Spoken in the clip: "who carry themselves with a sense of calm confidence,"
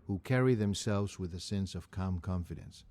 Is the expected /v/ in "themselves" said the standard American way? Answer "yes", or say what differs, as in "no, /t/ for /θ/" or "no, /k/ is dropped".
yes